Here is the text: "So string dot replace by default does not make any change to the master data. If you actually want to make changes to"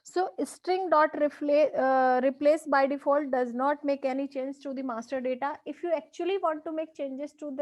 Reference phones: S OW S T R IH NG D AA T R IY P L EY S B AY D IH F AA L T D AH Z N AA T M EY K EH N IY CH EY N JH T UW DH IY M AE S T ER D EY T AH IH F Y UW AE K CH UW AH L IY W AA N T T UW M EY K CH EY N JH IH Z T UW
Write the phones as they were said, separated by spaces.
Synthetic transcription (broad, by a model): S OW S T R IH NG D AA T R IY P L EY S B AY D IH F AA L T D AH Z N AA T M EY K EH N IY CH EY N JH T UW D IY M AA S T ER D EY T AH IH F Y UW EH K CH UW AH L IY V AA N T T UW M EY K CH EY N JH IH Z T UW